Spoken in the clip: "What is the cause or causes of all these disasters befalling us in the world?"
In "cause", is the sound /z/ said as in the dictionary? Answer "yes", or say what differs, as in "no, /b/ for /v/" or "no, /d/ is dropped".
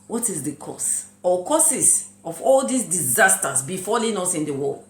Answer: no, /s/ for /z/